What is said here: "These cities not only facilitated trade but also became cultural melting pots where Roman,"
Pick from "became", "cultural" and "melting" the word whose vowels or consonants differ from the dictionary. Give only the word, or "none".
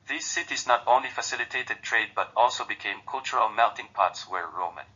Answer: melting